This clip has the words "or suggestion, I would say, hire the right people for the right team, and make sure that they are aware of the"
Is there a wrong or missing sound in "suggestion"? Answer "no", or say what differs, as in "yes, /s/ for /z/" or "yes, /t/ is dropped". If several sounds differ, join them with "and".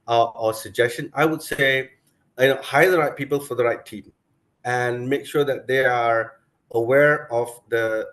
no